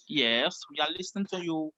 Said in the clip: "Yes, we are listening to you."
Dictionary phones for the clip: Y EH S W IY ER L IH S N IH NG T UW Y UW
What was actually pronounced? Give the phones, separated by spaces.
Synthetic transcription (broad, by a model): Y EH S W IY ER L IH S IH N T UW Y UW